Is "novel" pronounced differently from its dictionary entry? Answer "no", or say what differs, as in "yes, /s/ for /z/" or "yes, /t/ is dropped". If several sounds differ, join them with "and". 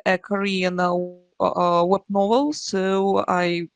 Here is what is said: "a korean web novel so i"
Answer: no